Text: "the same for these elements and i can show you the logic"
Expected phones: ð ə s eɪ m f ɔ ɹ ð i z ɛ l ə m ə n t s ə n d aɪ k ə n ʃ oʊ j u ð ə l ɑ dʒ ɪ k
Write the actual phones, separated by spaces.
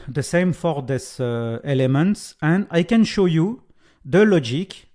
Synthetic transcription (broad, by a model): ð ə s eɪ m f ɔ ɹ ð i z ɛ l ə m ə n t s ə n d aɪ k ə n ʃ oʊ j u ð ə l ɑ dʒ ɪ k